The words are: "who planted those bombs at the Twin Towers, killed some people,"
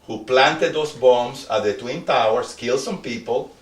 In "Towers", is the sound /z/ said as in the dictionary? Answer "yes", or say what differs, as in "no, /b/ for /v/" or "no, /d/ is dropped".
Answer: no, /s/ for /z/